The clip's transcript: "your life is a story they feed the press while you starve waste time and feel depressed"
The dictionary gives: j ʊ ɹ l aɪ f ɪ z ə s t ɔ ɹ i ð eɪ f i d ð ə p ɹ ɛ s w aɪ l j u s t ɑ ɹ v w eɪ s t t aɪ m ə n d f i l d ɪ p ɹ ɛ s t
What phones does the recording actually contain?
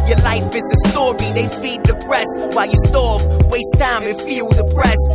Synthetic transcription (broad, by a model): j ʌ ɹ l aɪ f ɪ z ə s t ɔ ɹ i ð eɪ f i d ð ə p ɹ ɛ s w aɪ l j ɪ s t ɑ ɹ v w eɪ s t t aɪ ə f i l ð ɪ p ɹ ɛ s